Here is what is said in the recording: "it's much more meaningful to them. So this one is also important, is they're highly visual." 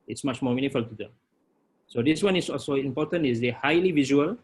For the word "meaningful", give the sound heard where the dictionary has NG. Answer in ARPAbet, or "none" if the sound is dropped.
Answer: none